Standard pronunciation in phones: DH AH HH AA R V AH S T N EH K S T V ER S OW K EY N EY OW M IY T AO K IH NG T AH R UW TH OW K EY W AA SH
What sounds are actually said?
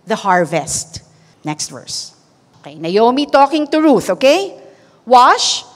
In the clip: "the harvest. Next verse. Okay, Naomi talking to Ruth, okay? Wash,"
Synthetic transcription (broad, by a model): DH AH HH AA R V AH S T N EH K S T V ER S OW K EY N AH OW M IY T AO K IH NG T AH R UW TH OW K EY W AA SH